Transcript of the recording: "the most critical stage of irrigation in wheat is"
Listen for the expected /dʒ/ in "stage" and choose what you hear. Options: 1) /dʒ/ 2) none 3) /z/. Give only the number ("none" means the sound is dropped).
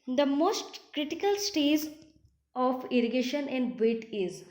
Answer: 3